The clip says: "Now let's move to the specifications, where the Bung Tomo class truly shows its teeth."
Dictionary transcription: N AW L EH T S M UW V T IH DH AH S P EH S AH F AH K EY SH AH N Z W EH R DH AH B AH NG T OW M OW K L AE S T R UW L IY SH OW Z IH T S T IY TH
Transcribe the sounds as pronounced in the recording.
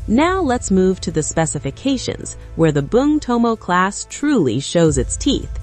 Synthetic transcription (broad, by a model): N AW L EH T S M UW V T IH DH AH S P EH S AH F AH K EY SH AH N Z W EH R DH AH B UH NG T OW M OW K L AE S T R UW L IY SH OW Z IH T S T IY TH